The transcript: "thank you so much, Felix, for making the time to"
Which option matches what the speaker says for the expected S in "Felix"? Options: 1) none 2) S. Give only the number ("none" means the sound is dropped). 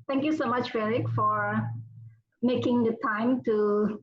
1